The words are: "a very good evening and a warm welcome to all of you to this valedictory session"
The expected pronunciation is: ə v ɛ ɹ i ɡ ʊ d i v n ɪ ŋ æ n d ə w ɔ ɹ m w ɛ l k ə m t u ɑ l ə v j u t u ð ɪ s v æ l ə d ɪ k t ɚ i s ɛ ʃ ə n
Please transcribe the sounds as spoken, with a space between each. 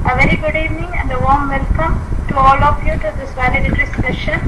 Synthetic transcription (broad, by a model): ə v ɛ ɹ i ɡ ʊ d i v n ɪ ŋ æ n d ə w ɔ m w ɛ l k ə m t u ɑ l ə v j u t u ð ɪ s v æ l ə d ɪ t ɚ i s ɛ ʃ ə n